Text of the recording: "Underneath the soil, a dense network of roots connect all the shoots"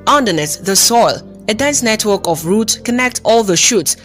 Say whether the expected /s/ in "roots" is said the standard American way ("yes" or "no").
no